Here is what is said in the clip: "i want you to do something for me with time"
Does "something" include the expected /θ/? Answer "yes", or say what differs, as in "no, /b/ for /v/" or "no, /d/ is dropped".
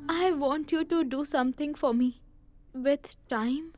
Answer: no, /t/ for /θ/